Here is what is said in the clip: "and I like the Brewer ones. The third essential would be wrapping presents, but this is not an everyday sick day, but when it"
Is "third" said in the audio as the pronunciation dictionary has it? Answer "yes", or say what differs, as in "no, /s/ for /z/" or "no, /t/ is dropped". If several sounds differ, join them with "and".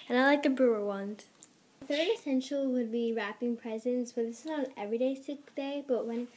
no, /d/ is dropped